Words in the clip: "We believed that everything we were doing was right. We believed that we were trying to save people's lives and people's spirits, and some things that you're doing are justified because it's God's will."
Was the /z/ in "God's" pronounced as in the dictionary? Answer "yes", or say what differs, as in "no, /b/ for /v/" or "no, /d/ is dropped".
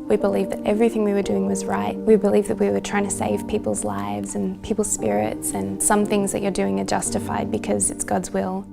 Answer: yes